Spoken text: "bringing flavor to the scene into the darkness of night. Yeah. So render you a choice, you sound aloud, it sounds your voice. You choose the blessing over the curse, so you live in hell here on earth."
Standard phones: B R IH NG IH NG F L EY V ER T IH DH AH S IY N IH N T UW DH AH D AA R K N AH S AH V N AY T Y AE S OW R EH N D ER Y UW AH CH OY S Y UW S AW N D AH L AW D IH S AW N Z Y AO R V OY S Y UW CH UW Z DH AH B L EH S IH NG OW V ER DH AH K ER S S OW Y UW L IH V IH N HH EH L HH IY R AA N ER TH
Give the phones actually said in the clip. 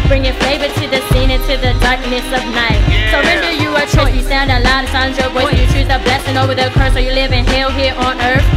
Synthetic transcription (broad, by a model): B R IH NG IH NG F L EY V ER T IH DH AH S IY N IH N T UW DH AH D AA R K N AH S AH V N AY T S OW R EH N D ER Y UW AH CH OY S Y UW S AW N D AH L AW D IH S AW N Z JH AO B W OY Y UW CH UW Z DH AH B L EH S IH NG OW V ER DH AH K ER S S OW Y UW L IH V IH N HH EH L HH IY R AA N ER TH